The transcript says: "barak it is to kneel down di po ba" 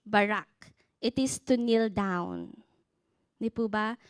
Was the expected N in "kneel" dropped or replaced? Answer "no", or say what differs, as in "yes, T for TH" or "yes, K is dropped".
no